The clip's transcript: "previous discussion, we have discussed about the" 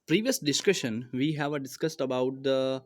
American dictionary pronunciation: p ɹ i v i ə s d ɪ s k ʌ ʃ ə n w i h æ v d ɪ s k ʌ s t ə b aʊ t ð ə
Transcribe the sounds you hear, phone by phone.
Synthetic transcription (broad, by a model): p ɹ i v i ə s d ɪ s k ʌ ʃ ə n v i h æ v d ɪ s k ʌ s t ə b aʊ t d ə